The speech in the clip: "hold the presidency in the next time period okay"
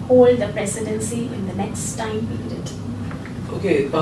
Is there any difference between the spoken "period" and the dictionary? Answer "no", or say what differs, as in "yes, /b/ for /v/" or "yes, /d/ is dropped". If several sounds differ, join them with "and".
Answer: yes, /ɹ/ is dropped